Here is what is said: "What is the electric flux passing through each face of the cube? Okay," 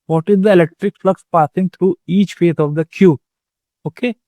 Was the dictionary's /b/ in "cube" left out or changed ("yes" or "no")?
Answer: yes